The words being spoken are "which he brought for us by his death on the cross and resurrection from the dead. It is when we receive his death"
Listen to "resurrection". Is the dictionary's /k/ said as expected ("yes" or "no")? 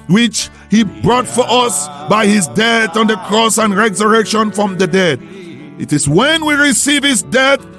yes